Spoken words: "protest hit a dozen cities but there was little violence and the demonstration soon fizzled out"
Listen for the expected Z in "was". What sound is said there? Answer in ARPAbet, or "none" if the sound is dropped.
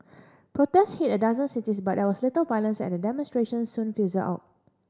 S